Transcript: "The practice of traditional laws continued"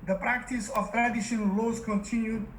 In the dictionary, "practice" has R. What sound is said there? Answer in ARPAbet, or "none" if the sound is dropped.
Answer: R